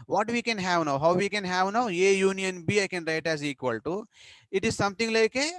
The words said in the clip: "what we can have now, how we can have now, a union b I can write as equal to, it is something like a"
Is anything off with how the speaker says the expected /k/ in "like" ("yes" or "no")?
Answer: no